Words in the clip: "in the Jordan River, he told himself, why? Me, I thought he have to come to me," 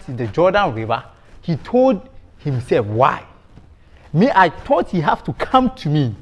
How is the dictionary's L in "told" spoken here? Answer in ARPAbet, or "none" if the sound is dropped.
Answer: L